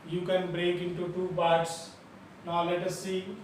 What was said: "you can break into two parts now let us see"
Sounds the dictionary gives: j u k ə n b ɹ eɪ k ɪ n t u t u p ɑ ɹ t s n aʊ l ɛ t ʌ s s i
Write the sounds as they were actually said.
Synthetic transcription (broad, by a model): j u k ə n b ɹ eɪ k ɪ n t u t u b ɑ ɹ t s n aʊ l ɛ t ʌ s s i